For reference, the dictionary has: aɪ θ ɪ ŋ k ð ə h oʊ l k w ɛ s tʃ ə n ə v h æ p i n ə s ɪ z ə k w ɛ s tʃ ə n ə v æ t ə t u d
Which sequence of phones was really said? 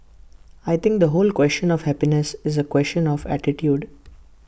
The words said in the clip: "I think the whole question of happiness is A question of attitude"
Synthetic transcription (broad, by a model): aɪ t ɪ ŋ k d ə h oʊ l k w ɛ s tʃ ə n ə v h æ p i n ə s ɪ z ə k w ɛ s tʃ ə n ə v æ t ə t u d